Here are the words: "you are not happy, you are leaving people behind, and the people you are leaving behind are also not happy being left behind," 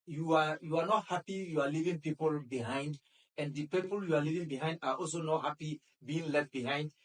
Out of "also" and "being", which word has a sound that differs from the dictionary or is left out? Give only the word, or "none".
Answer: none